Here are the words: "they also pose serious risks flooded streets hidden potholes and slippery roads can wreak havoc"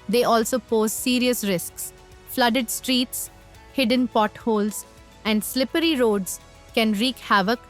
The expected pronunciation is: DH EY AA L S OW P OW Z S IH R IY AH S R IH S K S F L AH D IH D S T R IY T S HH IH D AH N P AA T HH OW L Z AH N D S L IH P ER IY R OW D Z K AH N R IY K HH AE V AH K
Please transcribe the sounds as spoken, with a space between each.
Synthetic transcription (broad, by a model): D EY AA L S OW P OW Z S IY R IY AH S R IH S K S F L AH D IH D S T R IY T S HH IH D AH N P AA T HH OW L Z AH N D S L IH P ER IY R OW D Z K AH N R IY K HH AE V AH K